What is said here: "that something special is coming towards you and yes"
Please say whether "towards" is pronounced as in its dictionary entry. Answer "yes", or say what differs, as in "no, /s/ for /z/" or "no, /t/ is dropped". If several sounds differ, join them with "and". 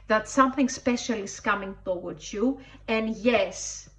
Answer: no, /w/ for /ɹ/